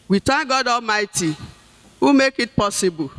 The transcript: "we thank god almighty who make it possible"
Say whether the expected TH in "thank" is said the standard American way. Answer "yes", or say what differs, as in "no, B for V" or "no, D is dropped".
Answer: no, T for TH